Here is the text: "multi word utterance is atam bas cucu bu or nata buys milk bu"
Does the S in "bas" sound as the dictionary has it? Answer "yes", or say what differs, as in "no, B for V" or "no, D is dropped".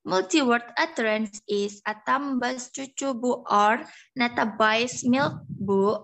yes